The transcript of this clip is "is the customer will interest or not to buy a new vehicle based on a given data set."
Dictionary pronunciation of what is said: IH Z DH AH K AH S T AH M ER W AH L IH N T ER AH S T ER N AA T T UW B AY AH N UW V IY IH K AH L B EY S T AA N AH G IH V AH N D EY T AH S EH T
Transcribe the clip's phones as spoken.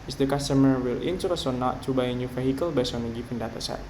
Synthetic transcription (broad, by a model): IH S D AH K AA S T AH M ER W AH L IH N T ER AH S ER N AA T T UW B AY AH N UW F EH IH K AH L B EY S AA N AH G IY P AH N D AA T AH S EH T